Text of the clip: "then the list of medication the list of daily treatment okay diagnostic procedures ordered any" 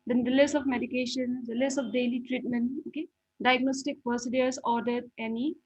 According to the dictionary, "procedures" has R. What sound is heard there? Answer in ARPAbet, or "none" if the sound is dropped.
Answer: none